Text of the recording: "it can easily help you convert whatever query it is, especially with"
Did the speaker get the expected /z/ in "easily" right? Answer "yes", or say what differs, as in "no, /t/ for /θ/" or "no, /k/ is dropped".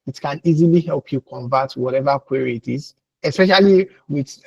yes